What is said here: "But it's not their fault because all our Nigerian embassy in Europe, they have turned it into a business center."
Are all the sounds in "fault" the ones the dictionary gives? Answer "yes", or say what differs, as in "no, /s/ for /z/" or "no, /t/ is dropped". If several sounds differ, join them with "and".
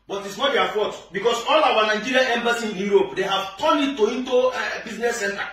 no, /l/ is dropped